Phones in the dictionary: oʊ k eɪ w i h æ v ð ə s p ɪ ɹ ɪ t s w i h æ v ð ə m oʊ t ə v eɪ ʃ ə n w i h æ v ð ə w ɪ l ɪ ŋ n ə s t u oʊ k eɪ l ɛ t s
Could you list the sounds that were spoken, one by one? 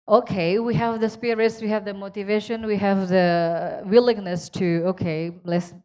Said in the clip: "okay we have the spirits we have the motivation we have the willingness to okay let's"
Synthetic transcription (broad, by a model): oʊ k eɪ w i h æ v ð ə s p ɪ ɹ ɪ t s w i h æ v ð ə m oʊ t ə v eɪ ʃ ə n w i h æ v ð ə w ɪ l ɪ ŋ n ə s t u oʊ k eɪ l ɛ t s